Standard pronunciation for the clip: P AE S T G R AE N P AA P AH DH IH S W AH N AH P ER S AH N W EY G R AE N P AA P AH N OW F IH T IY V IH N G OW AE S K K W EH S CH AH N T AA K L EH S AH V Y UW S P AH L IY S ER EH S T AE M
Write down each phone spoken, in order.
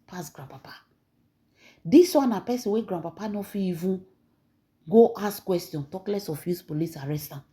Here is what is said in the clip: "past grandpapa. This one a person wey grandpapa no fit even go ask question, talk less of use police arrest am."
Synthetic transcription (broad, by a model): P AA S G R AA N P AA P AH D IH S W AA N AH P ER S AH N W EY G R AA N P AA P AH N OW F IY IY V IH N G OW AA S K K W EH S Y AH N T AA K L EH S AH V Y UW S P AH L IY S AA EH S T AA